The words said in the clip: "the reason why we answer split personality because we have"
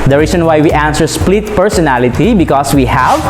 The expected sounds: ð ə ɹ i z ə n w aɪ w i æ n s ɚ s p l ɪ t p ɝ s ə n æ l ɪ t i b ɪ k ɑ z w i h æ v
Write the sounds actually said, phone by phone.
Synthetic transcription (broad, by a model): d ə ɹ i s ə n w aɪ w i æ n s ɚ s p l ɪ t p ɝ s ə n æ l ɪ t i b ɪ k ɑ s w i h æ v